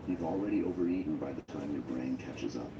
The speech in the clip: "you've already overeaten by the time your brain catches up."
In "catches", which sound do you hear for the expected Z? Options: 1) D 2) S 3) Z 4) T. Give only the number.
3